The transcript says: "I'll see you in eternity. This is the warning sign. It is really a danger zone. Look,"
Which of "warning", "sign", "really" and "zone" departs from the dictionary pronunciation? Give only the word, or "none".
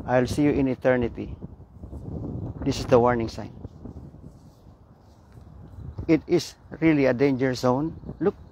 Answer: zone